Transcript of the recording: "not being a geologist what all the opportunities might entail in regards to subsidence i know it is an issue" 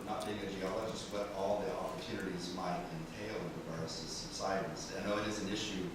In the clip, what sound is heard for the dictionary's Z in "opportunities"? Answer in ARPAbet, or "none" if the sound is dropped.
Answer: Z